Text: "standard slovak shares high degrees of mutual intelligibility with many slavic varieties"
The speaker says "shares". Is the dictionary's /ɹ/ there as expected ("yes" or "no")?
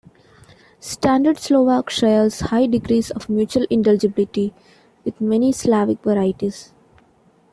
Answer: no